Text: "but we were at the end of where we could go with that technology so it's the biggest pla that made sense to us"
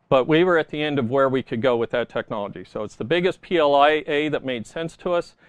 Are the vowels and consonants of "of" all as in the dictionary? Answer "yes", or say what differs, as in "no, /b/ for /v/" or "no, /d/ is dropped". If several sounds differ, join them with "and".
yes